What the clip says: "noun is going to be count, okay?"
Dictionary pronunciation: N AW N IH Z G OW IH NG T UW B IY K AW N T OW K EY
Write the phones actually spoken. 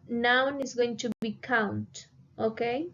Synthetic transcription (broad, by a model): N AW N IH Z G OW IH NG T UW B IY K AW N T OW K EY